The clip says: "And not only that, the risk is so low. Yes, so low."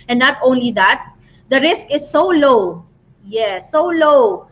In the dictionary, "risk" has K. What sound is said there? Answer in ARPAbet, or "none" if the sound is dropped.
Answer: K